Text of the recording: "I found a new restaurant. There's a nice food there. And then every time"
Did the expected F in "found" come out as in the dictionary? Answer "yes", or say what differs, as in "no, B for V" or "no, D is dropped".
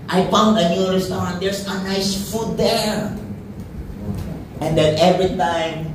no, P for F